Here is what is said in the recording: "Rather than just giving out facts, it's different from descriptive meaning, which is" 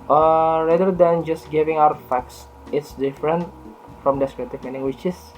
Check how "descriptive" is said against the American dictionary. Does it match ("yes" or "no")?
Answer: no